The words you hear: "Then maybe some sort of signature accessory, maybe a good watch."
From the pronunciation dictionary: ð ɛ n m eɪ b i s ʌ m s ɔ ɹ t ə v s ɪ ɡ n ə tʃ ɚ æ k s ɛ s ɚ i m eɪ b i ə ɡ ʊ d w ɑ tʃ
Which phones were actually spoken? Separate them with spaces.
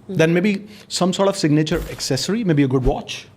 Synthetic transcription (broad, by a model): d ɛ n m eɪ b i s ʌ m s ɔ ɹ t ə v s ɪ ɡ n ə tʃ ɚ æ k s ɛ s ɚ i m eɪ b i ə ɡ ʊ d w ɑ tʃ